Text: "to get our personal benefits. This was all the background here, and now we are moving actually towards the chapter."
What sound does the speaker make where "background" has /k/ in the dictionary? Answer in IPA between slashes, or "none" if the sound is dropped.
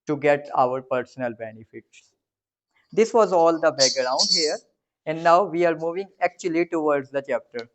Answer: none